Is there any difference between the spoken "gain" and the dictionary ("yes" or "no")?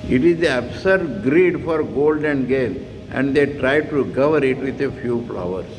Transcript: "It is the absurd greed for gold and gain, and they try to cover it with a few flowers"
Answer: yes